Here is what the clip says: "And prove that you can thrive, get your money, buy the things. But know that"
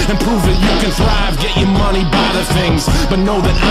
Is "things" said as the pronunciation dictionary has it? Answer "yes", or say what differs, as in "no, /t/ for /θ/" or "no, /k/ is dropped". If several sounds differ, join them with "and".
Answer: yes